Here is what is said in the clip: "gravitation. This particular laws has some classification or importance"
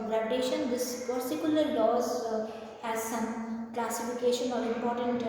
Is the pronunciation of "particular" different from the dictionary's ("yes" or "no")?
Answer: yes